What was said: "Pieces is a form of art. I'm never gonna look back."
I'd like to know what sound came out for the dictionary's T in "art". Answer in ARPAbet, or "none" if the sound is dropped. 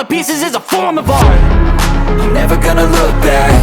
none